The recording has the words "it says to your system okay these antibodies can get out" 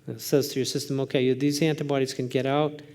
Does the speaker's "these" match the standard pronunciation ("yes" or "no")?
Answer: yes